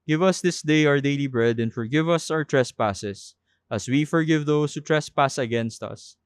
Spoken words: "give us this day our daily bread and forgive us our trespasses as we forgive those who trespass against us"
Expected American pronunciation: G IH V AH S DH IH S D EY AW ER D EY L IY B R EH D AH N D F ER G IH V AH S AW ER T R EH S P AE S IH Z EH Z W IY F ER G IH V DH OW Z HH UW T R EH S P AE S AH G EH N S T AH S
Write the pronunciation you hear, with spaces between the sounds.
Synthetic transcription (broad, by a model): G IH V AH S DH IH S D EY AW ER D EY L IY B R EH D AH N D F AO G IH V AH S AW ER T R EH S P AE S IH S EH S W IY F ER G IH V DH OW S HH UW T R EH S P AE S AH G EH N S T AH S